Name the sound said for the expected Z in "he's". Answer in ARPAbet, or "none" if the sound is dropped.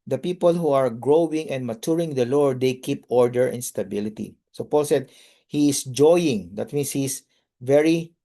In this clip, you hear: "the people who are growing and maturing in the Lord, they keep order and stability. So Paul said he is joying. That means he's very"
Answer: S